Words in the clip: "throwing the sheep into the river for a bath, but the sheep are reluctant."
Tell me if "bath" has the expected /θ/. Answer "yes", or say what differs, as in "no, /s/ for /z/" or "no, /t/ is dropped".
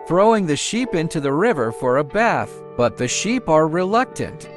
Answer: yes